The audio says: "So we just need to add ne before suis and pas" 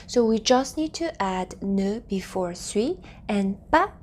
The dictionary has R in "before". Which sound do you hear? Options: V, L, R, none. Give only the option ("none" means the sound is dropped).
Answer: R